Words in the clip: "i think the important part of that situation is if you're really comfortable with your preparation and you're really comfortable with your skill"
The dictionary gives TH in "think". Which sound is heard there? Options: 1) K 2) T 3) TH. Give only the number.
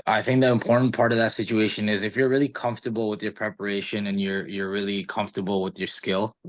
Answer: 3